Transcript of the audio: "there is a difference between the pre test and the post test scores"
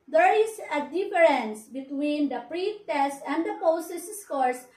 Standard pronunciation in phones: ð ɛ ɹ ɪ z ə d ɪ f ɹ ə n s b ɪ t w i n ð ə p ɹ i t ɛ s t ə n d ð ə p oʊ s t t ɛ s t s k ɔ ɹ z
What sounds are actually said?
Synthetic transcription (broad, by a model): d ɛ ɹ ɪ s ə d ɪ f ɹ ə n s b ɪ t w i n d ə p ɹ i t ɛ s t ə n d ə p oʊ s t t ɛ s s k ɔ ɹ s